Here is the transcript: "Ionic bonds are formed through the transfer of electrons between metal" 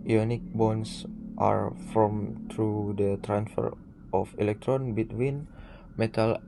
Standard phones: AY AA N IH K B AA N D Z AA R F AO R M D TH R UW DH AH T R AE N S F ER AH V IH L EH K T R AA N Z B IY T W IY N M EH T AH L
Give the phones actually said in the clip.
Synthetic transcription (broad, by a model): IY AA N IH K B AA N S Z AA R F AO M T R UW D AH T R AE N S F ER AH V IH L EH K T R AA N B IY T W IY N M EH T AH L